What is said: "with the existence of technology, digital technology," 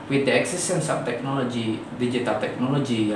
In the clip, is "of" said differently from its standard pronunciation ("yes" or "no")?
yes